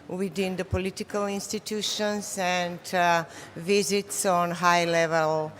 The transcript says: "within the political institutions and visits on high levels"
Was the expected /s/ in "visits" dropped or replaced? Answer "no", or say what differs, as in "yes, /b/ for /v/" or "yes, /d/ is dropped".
no